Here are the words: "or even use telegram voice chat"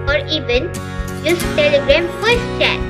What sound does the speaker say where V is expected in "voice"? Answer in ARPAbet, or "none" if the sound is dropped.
F